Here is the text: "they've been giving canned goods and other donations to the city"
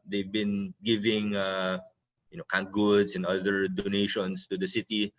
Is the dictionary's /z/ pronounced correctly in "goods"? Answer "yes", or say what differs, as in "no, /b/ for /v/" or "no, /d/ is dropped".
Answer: no, /s/ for /z/